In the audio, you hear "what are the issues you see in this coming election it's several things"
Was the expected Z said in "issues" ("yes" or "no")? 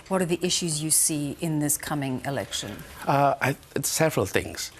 yes